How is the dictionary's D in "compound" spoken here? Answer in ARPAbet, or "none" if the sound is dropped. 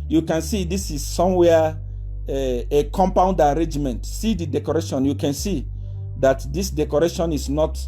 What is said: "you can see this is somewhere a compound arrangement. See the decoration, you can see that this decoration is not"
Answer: D